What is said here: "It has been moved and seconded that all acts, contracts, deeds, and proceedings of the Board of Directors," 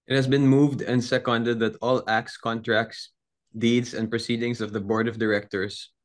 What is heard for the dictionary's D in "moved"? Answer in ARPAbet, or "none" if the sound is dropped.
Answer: D